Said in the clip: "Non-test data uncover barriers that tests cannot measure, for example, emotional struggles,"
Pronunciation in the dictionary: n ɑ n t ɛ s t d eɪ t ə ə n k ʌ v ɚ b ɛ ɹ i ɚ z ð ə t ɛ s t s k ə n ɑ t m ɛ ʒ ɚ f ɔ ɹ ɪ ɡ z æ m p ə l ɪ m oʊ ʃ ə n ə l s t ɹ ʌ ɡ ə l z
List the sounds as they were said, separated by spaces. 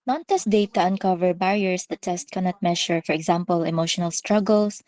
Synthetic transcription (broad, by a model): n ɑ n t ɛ s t d eɪ t ə ə n k ʌ v ɚ b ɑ ɹ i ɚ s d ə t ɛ s t k ə n ɑ t m ɛ ʃ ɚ f ɔ ɹ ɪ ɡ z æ m p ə l ɪ m oʊ ʃ ə n ə l s t ɹ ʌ ɡ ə l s